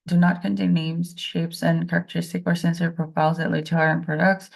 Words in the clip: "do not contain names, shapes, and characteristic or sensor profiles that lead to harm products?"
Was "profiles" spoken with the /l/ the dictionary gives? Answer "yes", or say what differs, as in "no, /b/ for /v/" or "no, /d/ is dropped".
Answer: no, /l/ is dropped